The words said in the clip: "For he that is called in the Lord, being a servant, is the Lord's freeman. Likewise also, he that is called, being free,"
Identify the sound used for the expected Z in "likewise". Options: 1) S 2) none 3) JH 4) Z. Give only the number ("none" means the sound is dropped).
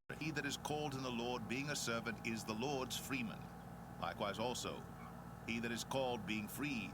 4